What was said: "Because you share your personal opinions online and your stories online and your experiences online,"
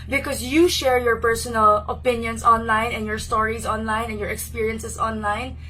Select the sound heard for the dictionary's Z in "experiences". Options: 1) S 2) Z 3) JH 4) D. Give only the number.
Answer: 1